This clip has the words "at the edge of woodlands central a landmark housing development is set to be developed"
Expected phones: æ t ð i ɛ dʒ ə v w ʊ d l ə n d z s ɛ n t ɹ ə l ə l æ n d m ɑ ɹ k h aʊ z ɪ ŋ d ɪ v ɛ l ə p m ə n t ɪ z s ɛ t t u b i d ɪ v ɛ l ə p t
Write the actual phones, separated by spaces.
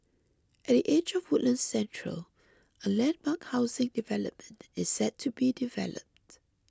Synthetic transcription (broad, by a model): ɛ t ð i ɛ dʒ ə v w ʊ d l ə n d s ɛ n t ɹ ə l ə l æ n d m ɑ k h aʊ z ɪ ŋ d ɪ v ɛ l ə p m ə n t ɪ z s ɛ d t u b i d ɪ v ɛ l ə p t